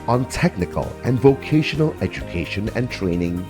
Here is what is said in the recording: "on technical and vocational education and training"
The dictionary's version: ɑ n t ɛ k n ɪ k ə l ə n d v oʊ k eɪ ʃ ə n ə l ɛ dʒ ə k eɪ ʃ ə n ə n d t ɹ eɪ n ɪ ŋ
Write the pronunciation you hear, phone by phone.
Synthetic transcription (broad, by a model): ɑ n t ɛ k n ɪ k ə l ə n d v oʊ k eɪ ʃ ə n ə l ɛ dʒ ə k eɪ ʃ ə n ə n t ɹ eɪ n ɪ ŋ